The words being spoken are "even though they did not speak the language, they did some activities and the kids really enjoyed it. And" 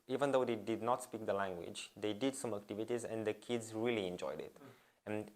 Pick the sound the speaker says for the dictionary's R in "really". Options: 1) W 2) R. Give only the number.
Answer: 2